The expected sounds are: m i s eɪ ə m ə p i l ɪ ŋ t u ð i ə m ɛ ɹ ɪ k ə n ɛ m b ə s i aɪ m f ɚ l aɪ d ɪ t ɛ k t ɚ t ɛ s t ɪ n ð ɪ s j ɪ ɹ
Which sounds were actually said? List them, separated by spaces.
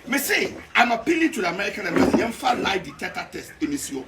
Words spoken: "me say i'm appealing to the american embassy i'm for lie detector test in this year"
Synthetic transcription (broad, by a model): m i s eɪ ə m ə p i l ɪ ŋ t u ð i ə m ɛ ɹ ɪ k ə n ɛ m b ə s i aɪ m f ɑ l aɪ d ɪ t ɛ t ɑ t ɛ s t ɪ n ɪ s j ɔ